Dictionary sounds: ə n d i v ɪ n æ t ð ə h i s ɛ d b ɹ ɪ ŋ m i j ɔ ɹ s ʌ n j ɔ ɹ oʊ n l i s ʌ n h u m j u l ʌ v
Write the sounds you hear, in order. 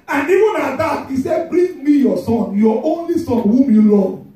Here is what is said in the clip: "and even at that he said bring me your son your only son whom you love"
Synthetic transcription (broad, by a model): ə n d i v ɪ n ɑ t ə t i s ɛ b ɹ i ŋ m i j ɔ s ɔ n j ɔ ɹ oʊ n l i s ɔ n h u m j u l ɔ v